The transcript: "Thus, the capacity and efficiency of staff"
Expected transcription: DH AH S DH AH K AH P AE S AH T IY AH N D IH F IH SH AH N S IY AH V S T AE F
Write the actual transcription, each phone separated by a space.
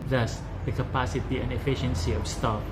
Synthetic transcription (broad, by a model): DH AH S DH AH K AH P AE S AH T IY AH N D IH F IH SH AH N S IY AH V S T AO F